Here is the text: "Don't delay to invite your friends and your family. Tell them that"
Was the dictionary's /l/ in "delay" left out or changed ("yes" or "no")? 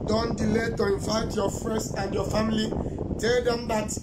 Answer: no